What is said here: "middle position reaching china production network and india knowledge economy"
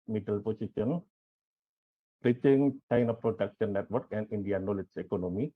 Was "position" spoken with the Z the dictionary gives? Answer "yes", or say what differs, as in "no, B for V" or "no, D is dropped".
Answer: no, S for Z